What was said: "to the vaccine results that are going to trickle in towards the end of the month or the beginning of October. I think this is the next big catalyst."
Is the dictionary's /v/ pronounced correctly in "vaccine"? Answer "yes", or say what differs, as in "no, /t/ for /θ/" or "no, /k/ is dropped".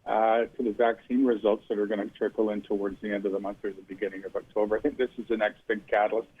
yes